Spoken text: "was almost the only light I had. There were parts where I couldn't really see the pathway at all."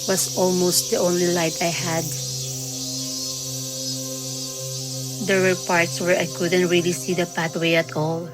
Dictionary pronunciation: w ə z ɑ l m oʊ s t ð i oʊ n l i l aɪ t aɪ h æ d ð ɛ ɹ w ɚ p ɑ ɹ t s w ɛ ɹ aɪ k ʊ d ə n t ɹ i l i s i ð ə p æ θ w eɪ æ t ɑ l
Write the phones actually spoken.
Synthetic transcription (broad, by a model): w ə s ɑ l m oʊ s t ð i oʊ n l i l aɪ t aɪ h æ d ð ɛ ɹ w ɚ p ɑ ɹ t s w ɛ ɹ aɪ k ʊ d ə n t ɹ i l i s i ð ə p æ t w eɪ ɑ t ɑ l